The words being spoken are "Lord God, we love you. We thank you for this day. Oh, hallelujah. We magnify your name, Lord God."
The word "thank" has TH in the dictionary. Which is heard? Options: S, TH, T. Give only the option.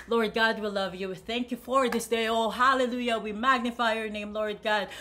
TH